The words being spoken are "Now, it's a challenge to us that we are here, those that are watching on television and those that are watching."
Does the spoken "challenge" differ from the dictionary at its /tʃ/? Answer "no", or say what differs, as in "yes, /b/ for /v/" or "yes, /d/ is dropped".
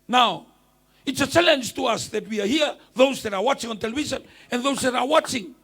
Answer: no